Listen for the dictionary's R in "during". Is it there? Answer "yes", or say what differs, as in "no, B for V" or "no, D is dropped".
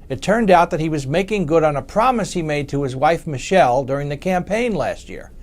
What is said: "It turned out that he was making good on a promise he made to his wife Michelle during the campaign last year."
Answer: yes